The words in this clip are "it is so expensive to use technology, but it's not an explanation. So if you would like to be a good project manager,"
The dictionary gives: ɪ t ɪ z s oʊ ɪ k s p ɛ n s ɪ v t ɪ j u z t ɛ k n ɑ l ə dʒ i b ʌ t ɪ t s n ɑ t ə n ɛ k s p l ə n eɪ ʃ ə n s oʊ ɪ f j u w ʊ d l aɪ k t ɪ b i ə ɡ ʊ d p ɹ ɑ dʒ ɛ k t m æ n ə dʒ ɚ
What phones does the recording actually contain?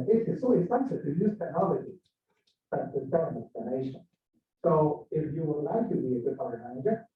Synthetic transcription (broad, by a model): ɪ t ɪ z s oʊ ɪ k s ɛ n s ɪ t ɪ j u z t ɛ k n ɑ l ə dʒ i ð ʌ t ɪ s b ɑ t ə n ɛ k s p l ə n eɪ ʃ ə n s oʊ ɪ f j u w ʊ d l aɪ k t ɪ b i ə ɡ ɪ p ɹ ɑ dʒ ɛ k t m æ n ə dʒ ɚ